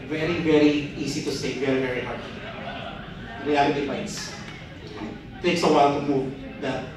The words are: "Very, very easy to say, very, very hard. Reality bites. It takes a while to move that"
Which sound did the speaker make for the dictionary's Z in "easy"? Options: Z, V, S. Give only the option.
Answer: S